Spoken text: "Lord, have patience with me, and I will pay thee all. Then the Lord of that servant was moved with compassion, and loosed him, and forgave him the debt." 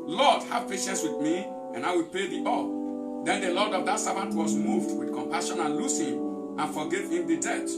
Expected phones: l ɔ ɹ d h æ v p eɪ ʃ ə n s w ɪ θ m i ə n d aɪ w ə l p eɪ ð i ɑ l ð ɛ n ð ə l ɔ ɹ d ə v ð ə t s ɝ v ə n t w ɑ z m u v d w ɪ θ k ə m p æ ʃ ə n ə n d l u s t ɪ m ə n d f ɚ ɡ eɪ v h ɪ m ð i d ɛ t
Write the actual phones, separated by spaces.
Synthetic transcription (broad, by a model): l ɔ d h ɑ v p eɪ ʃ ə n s w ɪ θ m i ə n aɪ w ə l p eɪ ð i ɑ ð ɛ n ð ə l ɔ d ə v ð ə t s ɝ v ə n t w ɑ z m u v d w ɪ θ k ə m p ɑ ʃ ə n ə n l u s ɪ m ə n f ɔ ɡ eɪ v h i m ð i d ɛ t